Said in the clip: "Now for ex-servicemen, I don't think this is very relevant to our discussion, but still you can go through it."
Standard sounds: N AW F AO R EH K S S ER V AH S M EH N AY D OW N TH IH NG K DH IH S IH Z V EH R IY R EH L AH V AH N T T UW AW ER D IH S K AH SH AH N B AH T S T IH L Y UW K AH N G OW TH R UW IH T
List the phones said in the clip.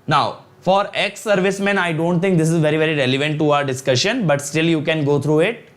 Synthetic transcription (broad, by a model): N AW F AO R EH K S S ER V AH S M EH N AY D OW N T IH NG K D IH S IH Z V EH R IY R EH L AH V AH N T T UW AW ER D IH S K AH SH AH N B AH T S T IH L Y UW K AH N G OW T R UW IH T